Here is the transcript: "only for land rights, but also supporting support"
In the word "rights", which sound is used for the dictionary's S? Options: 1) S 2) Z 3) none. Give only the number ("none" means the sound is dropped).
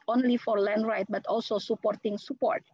3